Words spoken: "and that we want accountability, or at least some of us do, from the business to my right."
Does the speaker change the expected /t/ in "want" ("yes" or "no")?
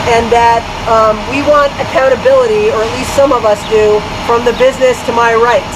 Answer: no